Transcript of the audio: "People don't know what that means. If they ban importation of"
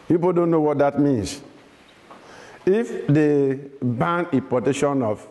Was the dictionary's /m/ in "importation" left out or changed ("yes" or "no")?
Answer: yes